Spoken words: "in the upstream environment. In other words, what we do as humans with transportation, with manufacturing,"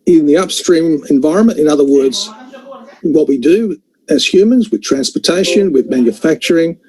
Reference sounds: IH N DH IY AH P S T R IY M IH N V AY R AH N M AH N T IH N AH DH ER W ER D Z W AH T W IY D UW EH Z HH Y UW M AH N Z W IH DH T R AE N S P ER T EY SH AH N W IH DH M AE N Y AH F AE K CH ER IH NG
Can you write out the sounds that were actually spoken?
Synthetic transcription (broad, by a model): IH N DH IY AH P S T R IY M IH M V AY R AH N M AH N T IH N AH DH ER W ER D Z W AH T W IY D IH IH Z HH Y UW M AH N Z W IH DH T R AE N S P ER T EY SH AH N W IH DH M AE N Y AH F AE K CH ER IH NG